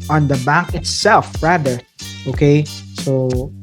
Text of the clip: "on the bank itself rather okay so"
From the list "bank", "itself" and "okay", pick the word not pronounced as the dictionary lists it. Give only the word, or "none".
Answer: bank